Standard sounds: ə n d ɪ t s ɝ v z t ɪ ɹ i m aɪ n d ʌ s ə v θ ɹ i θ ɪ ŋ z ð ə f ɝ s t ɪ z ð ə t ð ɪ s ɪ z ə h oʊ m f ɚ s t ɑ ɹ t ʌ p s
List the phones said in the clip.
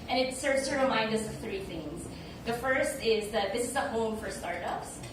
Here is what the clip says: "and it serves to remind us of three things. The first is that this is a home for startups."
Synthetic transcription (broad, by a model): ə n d ɪ t s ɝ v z t ɪ ɹ i m aɪ n d ʌ s ə v θ ɹ i θ ɪ ŋ z ð ə f ɝ s t ɪ z ð ə t ð ɪ s ɪ z ə h oʊ m f ɚ s t ɑ ɹ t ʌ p s